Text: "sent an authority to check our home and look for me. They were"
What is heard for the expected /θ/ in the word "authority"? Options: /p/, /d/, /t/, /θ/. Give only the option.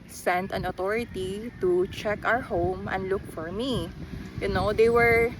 /t/